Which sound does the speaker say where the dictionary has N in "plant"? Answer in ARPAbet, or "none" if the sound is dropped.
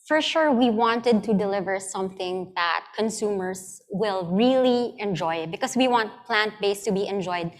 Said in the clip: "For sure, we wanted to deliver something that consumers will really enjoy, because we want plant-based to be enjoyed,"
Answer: N